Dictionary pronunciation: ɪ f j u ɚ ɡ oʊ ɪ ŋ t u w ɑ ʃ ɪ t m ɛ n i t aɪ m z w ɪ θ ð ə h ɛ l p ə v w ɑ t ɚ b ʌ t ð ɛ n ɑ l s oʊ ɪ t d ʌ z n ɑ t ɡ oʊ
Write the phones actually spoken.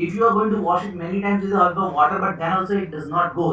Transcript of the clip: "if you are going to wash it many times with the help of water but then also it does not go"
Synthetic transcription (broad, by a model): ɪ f j u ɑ ɡ oʊ ɪ ŋ t u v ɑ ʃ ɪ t m ɛ n i t aɪ m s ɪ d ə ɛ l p ə v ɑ t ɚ b ʌ t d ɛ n ɑ l s oʊ ɪ t d ʌ z n ɑ t ɡ oʊ